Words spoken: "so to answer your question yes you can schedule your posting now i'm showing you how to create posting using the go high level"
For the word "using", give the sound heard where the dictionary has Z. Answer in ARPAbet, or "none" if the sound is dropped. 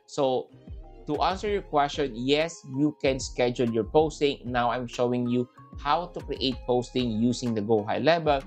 S